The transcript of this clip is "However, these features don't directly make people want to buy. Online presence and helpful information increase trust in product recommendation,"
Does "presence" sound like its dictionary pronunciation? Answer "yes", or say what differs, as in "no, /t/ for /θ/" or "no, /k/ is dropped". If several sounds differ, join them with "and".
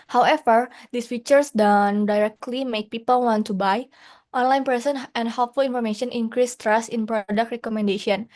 no, /s/ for /z/ and /s/ is dropped